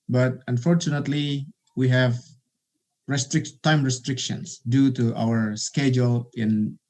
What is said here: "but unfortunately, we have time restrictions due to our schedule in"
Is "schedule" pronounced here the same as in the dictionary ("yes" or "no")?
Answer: yes